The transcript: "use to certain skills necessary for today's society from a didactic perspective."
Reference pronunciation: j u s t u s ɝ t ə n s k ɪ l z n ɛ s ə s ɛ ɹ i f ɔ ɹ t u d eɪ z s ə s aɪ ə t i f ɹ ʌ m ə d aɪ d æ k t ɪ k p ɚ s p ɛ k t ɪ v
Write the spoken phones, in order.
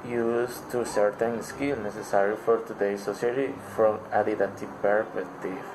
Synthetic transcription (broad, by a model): j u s t u s ɝ t ə n s k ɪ l n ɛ s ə s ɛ ɹ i f ɔ ɹ t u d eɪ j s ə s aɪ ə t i f ɹ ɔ m ə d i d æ t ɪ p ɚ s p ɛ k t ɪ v